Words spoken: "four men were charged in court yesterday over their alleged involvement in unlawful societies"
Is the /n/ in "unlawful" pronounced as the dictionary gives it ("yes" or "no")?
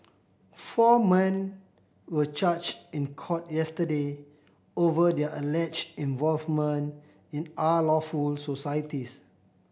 no